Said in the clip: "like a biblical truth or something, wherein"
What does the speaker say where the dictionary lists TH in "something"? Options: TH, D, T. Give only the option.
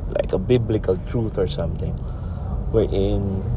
T